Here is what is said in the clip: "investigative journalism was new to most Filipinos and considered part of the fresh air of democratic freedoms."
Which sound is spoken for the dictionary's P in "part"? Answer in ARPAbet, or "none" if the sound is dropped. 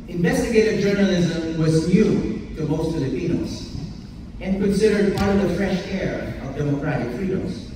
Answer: P